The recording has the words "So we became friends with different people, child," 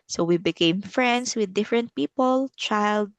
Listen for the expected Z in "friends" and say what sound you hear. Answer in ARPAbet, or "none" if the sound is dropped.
S